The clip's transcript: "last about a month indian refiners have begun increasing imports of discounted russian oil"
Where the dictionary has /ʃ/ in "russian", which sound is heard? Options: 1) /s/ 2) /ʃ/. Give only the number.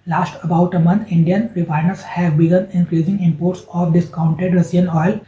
1